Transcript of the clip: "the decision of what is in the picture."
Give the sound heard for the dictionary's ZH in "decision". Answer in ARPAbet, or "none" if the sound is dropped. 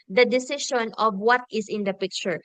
SH